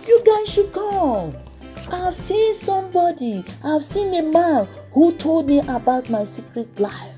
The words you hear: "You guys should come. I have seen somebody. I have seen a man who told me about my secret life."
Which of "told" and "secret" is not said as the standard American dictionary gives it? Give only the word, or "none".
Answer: none